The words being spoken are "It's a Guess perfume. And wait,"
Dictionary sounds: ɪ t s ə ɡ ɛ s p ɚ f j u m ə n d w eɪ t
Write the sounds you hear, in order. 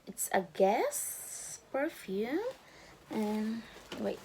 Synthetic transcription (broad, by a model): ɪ t s ə ɡ ɛ s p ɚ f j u ə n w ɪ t